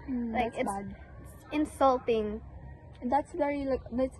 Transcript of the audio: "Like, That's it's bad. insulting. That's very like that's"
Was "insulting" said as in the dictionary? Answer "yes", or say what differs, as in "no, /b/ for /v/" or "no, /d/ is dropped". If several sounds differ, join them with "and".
yes